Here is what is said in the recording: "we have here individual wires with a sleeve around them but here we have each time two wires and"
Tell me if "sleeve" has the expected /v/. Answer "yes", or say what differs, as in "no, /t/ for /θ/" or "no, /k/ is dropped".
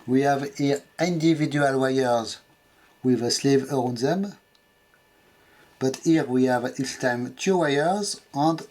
yes